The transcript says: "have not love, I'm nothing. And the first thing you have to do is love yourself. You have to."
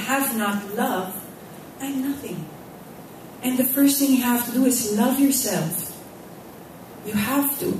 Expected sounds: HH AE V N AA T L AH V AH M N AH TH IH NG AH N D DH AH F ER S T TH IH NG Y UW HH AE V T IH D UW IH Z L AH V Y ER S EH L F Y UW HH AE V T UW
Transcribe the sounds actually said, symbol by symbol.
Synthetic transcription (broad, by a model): HH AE V N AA T L AH V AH N AH TH IH NG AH N DH AH F ER S T TH IH NG Y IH HH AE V T IH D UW IH Z L AH V Y ER S EH L F Y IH HH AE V T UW